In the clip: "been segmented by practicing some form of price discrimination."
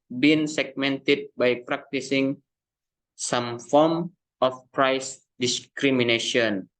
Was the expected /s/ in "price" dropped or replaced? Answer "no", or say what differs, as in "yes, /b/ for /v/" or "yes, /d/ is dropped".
no